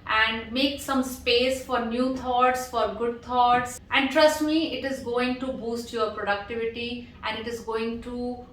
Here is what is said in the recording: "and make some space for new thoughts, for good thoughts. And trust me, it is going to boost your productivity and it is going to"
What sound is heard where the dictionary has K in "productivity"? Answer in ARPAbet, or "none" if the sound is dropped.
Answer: K